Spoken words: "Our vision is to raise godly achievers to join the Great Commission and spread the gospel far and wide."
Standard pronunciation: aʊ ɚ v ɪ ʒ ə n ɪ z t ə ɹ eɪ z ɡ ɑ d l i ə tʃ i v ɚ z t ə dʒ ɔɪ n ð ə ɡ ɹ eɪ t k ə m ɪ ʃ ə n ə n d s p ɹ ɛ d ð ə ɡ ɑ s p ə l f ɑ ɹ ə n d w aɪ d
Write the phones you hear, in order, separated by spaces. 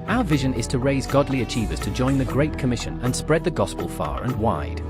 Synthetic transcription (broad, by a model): aʊ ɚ v ɪ ʒ ə n ɪ z t ə ɹ eɪ z ɡ ɑ d l i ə tʃ i v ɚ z t ə dʒ ɔɪ n ð ə ɡ ɹ eɪ t k ə m ɪ ʃ ə n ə n s p ɹ ɛ d ð ə ɡ ɑ s p ə l f ɑ ɹ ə n w aɪ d